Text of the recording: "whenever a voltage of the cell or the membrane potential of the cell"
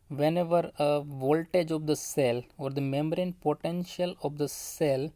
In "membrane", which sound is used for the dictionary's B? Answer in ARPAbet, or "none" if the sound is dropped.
none